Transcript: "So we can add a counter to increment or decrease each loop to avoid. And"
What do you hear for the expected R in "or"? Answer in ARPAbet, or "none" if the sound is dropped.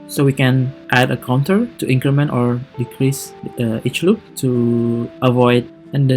R